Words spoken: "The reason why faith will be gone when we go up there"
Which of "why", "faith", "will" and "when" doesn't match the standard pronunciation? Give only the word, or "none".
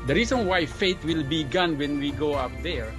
faith